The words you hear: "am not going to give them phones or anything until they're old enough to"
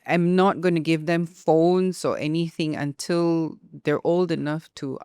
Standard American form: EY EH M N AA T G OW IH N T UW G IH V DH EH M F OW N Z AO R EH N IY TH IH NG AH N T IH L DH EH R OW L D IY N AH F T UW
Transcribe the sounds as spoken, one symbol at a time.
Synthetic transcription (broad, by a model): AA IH M N AA T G OW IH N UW G IH V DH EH M F OW N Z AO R EH N IY TH IH NG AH N T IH L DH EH R OW L D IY N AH F T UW